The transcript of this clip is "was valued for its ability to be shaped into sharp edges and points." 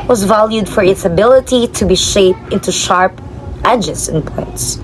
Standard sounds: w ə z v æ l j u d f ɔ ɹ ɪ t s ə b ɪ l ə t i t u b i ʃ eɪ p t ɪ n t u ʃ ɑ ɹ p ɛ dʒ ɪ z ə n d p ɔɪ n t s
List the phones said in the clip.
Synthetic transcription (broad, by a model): w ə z v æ l j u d f ɔ ɹ ɪ t s ə b ɪ l ə t i t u b i ʃ eɪ p t ɪ n t u ʃ ɑ ɹ p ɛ dʒ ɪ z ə n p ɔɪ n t s